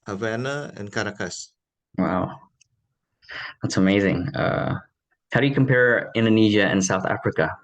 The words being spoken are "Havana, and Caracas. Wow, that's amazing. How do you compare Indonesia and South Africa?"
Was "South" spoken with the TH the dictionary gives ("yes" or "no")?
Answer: yes